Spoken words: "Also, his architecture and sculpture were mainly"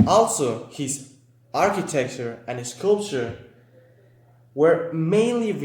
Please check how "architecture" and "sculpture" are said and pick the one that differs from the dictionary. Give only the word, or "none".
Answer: none